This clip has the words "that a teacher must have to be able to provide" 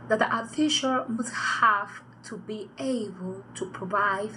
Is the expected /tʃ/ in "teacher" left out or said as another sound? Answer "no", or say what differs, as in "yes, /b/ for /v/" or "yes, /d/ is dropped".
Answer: yes, /ʃ/ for /tʃ/